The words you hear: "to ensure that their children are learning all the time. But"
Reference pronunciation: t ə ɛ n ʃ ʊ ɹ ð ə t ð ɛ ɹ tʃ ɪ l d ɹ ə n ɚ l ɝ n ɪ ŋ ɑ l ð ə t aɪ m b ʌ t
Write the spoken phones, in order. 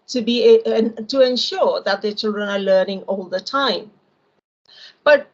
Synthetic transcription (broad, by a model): t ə ɛ n ʃ ʊ ɹ ð ə t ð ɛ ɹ tʃ ɪ l d ɹ ə n ɚ l ɝ n ɪ ŋ ɑ l ð ə t aɪ m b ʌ t